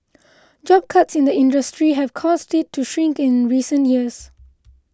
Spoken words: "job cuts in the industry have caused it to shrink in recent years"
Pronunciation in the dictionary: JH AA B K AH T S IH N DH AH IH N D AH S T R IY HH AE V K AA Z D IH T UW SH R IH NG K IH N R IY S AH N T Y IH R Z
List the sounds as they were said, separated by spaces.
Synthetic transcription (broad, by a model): JH AA B K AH T S IH N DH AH IH N D AH S T R IY HH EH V K AA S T IH T UW SH R IH NG K IH N R IY S AH N T Y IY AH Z